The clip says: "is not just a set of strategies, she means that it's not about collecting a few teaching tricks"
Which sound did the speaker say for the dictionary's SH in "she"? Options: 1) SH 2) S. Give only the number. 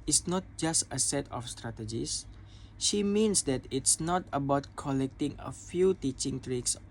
1